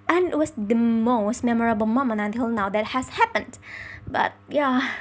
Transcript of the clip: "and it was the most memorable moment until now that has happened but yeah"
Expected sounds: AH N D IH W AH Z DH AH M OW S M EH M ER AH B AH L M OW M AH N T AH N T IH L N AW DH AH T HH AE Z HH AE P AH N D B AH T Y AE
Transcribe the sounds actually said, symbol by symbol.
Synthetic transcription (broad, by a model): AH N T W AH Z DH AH M OW S M EH M ER AH B AH L M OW M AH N AH N T IH L N AW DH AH T HH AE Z HH AE P AH N D B AH T Y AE